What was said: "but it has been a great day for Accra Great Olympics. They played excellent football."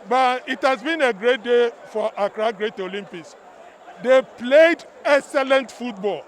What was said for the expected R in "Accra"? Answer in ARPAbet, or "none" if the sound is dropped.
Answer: R